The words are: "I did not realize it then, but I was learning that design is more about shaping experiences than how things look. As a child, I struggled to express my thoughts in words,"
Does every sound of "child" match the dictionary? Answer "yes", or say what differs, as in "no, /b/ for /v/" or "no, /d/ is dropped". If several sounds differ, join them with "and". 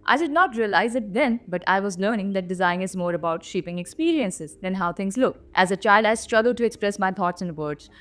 yes